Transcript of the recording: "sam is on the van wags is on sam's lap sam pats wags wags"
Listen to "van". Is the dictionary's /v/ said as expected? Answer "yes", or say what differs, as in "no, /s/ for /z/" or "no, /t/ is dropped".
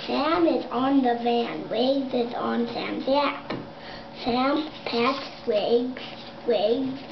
yes